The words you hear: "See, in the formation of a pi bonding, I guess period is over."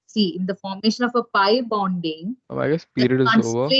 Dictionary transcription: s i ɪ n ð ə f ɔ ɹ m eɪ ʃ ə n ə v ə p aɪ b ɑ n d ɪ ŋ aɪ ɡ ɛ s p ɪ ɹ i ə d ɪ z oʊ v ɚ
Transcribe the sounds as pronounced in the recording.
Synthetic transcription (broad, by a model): s i ɪ n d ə f ɔ ɹ m eɪ ʃ ə n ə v ə p aɪ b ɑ n d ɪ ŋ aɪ ɡ ɛ s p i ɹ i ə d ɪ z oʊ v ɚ